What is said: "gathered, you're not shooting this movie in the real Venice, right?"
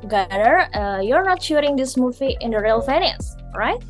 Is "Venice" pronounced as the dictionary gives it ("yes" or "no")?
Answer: no